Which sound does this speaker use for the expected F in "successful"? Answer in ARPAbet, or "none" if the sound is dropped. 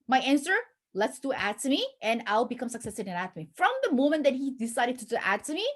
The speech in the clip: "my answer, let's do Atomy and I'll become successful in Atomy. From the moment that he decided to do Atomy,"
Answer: none